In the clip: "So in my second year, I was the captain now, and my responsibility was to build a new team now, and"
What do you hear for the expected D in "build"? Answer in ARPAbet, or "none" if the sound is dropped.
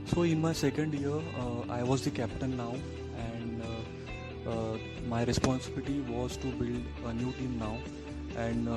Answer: D